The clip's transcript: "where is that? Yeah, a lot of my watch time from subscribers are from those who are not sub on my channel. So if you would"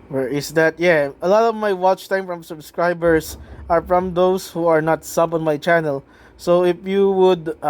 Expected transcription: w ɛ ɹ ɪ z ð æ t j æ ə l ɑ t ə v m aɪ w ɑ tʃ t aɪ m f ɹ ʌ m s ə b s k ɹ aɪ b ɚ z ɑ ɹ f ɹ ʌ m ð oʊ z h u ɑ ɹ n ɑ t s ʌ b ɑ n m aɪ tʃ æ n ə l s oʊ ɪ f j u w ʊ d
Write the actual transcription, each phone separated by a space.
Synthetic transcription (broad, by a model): w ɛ ɹ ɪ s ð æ t j æ ə l ɑ t ə v m aɪ w ɑ tʃ t aɪ m f ɹ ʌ m s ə b s k ɹ aɪ b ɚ s ɑ ɹ f ɹ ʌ m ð oʊ s h u ɑ ɹ n ɑ t s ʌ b ɑ n m aɪ tʃ æ n ə l s oʊ ɪ f j u w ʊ d